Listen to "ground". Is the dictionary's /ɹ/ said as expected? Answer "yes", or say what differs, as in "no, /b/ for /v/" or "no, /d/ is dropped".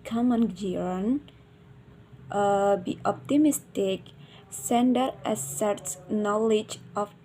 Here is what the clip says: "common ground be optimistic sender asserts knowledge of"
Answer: no, /ɹ/ is dropped